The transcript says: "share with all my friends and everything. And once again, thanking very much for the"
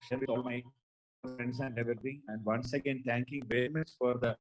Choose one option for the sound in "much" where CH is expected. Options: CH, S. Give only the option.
S